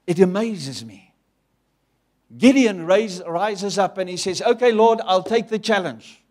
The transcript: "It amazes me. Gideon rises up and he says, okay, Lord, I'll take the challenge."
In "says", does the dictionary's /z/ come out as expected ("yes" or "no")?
yes